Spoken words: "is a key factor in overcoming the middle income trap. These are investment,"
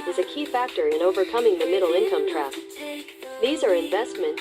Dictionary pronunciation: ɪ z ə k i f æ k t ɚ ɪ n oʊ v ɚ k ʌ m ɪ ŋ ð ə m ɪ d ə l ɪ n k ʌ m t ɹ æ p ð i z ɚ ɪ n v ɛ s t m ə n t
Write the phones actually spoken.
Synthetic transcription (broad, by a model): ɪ z ə k i f æ k t ɚ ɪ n oʊ v ɚ k ʌ m ɪ ŋ ð ə m ɪ d l ɪ n k ʌ m t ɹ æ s ð i z ɚ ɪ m v ɛ s t m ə n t